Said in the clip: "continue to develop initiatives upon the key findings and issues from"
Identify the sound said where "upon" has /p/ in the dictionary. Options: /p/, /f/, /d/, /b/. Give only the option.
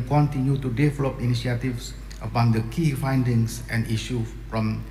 /b/